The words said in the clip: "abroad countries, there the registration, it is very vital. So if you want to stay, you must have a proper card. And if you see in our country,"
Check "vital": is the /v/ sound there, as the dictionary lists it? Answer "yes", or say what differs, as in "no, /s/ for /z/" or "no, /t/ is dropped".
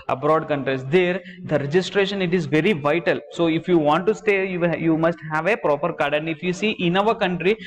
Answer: yes